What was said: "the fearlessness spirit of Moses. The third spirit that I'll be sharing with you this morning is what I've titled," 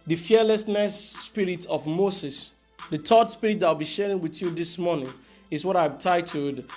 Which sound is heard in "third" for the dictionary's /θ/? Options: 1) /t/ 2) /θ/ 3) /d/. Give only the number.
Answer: 1